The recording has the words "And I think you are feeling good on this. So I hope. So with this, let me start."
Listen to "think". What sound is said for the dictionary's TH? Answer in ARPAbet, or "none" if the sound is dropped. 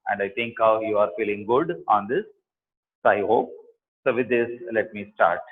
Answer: T